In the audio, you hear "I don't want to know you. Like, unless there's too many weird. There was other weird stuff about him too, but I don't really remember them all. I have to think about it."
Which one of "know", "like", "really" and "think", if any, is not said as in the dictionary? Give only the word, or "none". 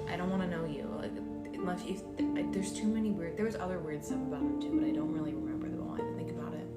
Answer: none